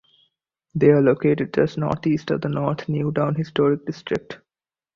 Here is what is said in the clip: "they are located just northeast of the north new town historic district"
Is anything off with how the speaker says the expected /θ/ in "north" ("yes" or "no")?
yes